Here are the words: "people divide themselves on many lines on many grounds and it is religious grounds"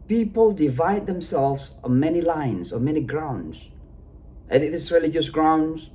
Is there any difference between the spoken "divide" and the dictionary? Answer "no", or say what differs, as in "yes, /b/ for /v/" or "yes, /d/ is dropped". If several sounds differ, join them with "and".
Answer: no